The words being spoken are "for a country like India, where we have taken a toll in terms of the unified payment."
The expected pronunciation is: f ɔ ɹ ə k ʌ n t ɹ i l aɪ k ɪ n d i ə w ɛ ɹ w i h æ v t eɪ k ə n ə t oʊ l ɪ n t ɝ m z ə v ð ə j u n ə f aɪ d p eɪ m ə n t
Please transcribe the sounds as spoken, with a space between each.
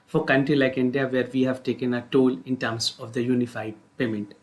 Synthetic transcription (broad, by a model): f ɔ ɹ k ʌ n t ɹ i l aɪ k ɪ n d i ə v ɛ ɹ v i h æ v t eɪ k ə n ə t oʊ l ɪ n t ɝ m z ə v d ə j u n ə f aɪ d p eɪ m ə n t